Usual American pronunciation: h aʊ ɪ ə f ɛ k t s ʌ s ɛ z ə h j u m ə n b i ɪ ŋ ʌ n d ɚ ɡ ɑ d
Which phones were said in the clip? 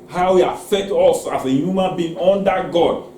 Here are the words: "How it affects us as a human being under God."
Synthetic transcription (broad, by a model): h aʊ ɪ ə f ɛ k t ɔ s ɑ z ə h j u m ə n b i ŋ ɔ n d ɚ ɡ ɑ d